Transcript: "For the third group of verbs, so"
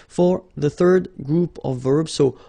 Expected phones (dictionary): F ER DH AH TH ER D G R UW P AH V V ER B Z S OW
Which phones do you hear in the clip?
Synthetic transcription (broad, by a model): F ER DH AH TH ER D G R UW P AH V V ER B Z S OW